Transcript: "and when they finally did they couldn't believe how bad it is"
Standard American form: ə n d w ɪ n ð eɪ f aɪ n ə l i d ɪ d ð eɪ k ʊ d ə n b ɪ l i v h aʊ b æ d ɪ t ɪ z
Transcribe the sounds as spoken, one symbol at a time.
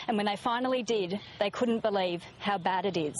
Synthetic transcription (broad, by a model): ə n w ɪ n ð eɪ f aɪ n l i d ɪ d ð eɪ k ʊ d n b ɪ l i v h aʊ b æ d ɪ t ɪ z